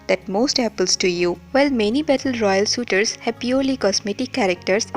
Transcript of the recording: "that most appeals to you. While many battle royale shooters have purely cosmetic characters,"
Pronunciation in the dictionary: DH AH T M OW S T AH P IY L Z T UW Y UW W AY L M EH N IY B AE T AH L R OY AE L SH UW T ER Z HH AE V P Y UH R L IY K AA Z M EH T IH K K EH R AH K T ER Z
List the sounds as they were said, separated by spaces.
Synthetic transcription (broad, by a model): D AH T M OW S T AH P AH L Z T UW Y UW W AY L M EH N IY B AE T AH L R OY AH L S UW T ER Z HH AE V P Y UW R L IY K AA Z M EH T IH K K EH R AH K T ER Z